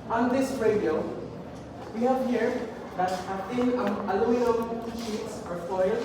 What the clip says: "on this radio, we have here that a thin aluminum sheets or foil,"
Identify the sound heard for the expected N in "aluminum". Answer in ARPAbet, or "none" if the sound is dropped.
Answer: none